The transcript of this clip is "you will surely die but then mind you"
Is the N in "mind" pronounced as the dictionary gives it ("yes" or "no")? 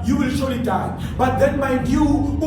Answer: no